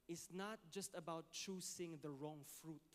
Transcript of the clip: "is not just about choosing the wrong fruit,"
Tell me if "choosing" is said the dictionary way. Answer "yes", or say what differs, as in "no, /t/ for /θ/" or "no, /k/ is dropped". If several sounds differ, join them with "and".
no, /s/ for /z/